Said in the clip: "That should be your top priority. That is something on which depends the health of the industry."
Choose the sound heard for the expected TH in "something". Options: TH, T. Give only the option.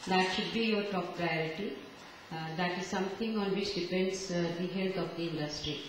T